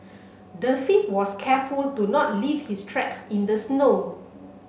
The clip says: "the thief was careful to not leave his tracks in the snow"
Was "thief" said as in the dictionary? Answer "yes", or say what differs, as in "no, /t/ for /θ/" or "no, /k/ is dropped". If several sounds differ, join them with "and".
no, /f/ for /θ/